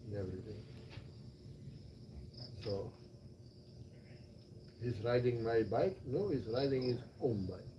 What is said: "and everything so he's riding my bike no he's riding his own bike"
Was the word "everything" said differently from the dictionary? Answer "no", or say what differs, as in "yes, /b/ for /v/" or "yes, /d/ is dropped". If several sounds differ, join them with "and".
yes, /t/ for /θ/